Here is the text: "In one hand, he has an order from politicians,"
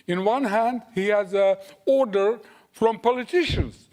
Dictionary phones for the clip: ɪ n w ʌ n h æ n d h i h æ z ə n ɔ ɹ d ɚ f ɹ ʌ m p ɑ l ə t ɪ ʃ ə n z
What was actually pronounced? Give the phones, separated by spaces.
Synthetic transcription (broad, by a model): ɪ n w ʌ n h æ n d h i h æ z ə ɔ ɹ d ɚ f ɹ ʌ m p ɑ l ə t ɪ ʃ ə n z